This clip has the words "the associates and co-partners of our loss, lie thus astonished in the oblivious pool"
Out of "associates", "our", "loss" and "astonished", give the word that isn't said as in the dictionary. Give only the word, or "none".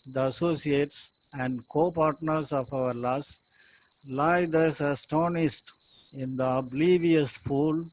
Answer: astonished